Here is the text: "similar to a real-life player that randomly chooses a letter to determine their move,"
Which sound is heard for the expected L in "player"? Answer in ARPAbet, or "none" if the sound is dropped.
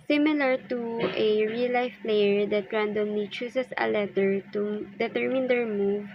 L